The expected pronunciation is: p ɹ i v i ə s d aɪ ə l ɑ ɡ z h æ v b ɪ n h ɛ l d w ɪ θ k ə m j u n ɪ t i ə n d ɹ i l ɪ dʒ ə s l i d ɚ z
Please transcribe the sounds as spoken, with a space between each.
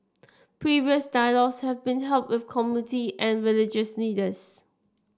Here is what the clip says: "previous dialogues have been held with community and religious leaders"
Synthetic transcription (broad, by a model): p ɹ i v i ə s d aɪ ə l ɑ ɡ s h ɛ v b ɪ n h ɛ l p w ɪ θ k ə m j u n ɪ t i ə n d ɹ i l ɪ dʒ ə s n i d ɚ s